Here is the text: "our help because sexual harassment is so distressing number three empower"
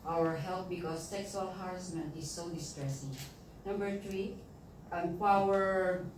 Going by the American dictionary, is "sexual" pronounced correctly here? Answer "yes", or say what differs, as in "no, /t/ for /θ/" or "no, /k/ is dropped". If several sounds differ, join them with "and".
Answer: no, /s/ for /ʃ/